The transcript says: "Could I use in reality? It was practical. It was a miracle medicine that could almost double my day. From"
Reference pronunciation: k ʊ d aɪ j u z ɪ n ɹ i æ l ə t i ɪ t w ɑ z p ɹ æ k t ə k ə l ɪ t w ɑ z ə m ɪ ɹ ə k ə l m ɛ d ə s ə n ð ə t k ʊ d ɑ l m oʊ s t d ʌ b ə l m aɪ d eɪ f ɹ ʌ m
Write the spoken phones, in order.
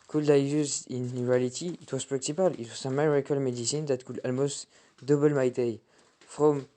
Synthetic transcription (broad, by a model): k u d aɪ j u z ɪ n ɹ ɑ l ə t i ɪ t w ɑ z p ɹ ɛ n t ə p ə l ɪ t w ɑ z ə m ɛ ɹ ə k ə l m ɛ d ə s ə n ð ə t k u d ɑ l m oʊ s t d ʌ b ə l m aɪ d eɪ f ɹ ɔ m